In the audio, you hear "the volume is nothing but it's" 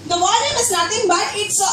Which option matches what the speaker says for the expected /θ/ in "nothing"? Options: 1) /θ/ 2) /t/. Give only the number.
2